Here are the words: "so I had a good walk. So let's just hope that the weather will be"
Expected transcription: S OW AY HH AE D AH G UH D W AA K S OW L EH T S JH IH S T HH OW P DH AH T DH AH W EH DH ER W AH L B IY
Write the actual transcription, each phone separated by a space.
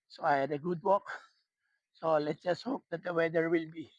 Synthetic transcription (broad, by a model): S OW AY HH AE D AH G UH D W AA K S OW L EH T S JH IH S T HH OW P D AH T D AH W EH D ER W AH L B IY